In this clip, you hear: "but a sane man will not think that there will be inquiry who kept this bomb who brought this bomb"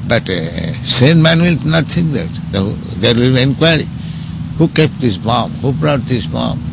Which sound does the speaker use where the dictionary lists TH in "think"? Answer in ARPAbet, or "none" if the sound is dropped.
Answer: T